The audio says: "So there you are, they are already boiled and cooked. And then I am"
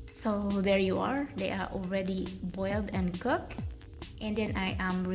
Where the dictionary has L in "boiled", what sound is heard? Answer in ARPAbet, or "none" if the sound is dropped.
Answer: L